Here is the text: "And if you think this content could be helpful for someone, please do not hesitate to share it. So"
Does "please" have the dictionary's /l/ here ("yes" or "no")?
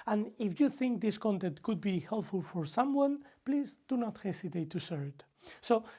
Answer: yes